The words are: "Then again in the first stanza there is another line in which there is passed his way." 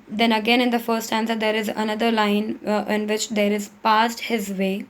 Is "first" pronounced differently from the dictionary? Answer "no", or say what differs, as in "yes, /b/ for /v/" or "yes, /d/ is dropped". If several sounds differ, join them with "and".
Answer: yes, /s/ is dropped